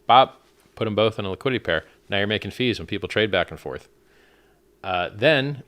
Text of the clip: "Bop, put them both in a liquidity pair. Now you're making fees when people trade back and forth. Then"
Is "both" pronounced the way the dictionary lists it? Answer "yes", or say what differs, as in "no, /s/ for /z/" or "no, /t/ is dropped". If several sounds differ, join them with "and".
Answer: yes